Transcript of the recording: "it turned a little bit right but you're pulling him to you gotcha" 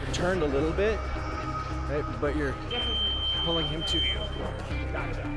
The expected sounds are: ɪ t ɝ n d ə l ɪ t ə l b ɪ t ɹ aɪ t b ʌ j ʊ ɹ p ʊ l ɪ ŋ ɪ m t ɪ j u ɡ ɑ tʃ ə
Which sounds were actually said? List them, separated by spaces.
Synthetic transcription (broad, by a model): t ɝ n d ə l ɪ t l b ɪ t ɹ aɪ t b ʌ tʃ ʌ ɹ p ʊ l ɪ ŋ ɪ m t ɪ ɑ